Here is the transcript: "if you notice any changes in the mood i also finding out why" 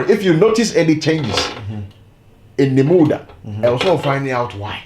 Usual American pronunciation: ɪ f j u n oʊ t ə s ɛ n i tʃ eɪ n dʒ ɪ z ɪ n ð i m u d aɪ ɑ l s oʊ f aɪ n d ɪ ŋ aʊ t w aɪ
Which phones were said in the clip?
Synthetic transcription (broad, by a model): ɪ f j u n oʊ t ə s ɛ n i tʃ eɪ n dʒ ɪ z ɪ n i m u d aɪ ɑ w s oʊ f aɪ n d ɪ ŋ aʊ t w aɪ